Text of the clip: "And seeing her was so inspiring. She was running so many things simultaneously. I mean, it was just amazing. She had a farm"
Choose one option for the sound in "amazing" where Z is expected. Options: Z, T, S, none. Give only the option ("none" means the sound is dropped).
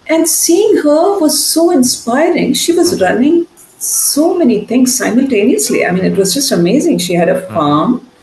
Z